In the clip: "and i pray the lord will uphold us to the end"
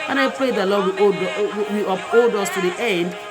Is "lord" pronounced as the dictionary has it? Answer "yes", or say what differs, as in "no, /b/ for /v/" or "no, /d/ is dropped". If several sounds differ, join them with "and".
no, /w/ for /ɹ/